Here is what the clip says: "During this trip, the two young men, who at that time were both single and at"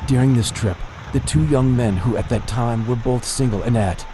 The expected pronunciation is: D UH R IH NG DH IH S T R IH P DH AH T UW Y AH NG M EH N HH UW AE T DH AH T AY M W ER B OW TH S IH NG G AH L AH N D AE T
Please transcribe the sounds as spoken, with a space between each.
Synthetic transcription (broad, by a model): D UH R IH NG DH IH S T R IH P DH AH T UW Y AH NG M EH N HH UW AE T DH AH T AY M W ER B OW TH S IH NG G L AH N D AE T